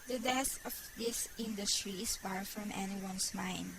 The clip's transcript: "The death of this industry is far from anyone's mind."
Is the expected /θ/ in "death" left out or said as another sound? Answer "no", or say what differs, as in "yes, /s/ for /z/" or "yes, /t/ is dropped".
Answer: yes, /s/ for /θ/